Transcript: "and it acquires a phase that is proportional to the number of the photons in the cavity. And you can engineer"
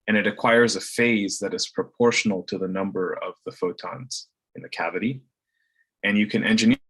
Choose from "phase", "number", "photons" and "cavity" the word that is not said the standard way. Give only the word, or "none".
none